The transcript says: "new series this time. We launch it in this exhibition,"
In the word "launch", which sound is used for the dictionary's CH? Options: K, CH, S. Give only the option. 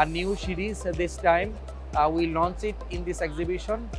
S